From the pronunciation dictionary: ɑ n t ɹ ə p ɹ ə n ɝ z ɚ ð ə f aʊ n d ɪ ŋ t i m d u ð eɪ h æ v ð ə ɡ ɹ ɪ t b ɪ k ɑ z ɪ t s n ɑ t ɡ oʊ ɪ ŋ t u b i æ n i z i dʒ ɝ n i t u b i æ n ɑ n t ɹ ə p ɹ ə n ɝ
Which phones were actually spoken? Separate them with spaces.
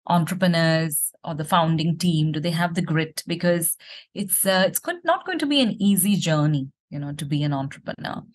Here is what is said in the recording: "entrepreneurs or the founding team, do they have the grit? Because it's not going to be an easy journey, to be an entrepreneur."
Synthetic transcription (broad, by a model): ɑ n t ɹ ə p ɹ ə n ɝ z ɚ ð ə f aʊ n d ɪ ŋ t i m d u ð eɪ h æ v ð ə ɡ ɹ ɪ t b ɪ k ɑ z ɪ t s n ɑ t ɡ oʊ ɪ ŋ t u b i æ n i z i dʒ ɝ n i t u b i æ n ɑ n t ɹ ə p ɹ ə n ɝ